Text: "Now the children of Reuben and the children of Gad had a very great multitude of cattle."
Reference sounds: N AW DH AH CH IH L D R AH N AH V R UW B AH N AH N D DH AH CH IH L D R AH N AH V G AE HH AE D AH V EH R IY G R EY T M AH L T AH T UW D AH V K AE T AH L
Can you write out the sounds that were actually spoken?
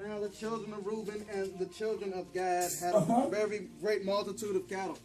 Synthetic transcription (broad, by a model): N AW DH AH CH IH L D R AH N AH V R UW B AH N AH N DH AH CH IH L D R AH N AH V G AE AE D AH V EH R IY G R EY T M AH L T AH T UW D AH V K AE T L